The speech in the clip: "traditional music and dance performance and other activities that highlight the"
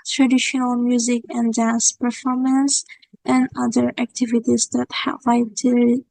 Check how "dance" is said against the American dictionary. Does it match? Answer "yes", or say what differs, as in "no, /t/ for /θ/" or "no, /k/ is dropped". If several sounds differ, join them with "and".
yes